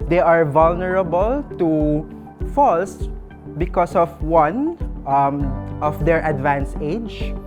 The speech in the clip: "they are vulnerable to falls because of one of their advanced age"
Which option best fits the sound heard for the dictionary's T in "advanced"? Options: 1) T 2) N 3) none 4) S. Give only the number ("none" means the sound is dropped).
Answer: 3